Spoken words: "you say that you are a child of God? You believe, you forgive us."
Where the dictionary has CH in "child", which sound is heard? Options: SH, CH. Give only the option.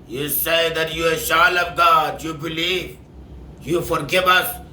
SH